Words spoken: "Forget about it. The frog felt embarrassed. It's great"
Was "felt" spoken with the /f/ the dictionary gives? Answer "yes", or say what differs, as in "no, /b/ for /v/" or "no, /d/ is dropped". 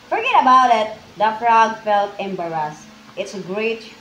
yes